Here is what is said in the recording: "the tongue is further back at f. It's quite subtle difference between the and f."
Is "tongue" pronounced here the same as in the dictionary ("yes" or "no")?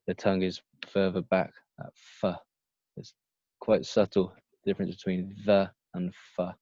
yes